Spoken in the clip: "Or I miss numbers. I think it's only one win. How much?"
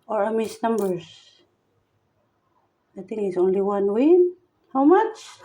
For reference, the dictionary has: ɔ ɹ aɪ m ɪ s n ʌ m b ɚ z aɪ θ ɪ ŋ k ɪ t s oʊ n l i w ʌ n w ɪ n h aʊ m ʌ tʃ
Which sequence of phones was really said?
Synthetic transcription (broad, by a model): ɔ ɹ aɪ m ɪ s n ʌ m b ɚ s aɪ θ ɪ ŋ ɪ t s oʊ n l i w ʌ n w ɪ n h aʊ m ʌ tʃ